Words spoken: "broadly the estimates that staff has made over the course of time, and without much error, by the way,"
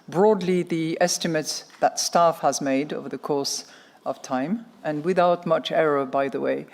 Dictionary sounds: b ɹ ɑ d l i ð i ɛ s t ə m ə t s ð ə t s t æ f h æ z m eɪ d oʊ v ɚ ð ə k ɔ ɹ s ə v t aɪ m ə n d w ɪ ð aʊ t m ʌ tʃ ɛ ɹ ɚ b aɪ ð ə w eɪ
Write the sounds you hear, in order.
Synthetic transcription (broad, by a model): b ɹ ɑ d l i ð i ɛ s t ə m ə t s ð ə t s t æ f h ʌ z m eɪ d oʊ v ɚ ð ə k ɔ ɹ s ə v t aɪ m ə n w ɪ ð aʊ t m ʌ tʃ ɛ ɹ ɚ b aɪ ð ə w eɪ